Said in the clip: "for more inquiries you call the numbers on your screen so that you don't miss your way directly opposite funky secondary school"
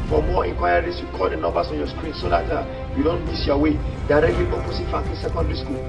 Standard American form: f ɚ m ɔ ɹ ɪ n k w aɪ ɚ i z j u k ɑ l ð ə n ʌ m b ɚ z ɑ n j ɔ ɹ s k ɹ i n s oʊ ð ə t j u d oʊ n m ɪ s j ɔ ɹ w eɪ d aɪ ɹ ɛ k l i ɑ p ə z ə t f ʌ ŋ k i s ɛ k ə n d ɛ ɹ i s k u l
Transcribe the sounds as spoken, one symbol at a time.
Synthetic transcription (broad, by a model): f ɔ m ɔ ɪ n k w aɪ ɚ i s j u k ɑ l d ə n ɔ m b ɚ s ɑ n j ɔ s k ɹ i n s oʊ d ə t j u d oʊ n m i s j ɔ w eɪ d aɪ ɹ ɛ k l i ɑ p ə s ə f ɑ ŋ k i s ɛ k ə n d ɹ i s k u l